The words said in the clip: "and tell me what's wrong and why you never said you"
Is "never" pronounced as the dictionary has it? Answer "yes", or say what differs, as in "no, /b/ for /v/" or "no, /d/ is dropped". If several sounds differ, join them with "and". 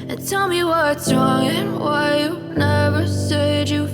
yes